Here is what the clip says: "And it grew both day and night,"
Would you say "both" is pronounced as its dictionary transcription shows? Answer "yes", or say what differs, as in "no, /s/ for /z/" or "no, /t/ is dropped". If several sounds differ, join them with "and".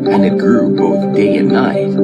yes